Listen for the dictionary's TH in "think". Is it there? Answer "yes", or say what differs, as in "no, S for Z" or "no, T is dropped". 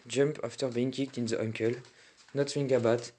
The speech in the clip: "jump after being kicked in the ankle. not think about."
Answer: no, F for TH